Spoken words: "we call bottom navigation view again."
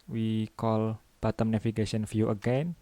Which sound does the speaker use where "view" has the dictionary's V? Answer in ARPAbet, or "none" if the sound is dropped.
F